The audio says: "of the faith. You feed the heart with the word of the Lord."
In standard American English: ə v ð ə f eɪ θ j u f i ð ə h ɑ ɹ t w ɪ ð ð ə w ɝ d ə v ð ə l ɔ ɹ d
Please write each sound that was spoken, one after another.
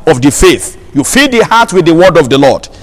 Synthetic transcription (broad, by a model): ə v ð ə f eɪ θ j u f i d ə h ɑ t w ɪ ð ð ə w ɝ d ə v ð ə l ɔ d